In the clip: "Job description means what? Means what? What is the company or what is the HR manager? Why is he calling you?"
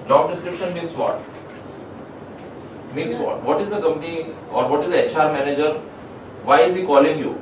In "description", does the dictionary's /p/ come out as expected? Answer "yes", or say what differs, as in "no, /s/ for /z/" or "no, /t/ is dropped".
yes